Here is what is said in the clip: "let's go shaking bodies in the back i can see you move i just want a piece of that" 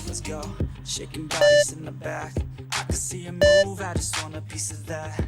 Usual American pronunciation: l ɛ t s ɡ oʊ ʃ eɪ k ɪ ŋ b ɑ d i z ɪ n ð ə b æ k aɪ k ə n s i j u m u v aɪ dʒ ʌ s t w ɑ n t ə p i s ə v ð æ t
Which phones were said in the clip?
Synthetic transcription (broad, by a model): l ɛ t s ɡ oʊ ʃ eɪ k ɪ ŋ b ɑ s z ɪ n ð ə b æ k aɪ k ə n s i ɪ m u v aɪ dʒ ʌ s t w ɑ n ə p i s ə v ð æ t